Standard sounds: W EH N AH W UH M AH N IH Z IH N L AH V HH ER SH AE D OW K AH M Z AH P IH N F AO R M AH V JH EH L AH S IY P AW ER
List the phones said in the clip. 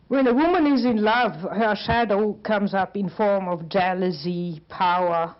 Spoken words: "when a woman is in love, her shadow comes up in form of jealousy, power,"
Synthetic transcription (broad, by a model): W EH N AH W UH M AH N IH Z IH N L AH V HH ER SH AE D OW K AH M Z AH P IH N F AO R M AH V JH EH L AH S IY P AW ER